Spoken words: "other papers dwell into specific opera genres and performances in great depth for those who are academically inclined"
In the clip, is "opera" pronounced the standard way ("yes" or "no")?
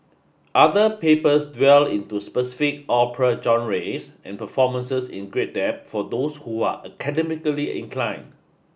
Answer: yes